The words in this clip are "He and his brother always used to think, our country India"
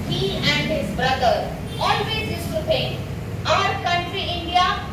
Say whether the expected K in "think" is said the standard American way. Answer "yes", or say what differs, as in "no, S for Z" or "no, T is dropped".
no, K is dropped